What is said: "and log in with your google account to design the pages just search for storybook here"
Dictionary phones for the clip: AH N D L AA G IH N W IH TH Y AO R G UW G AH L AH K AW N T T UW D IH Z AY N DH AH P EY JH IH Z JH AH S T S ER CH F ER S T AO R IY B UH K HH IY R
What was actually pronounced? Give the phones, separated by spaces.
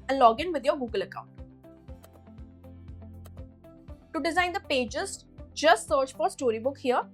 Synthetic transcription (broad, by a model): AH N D L AA G IH N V IH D Y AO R G UW G AH L AH K AW N T T UW D IH Z AY N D AH P EY JH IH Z JH AH S T S ER CH F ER S T AO R IY B UH K HH IY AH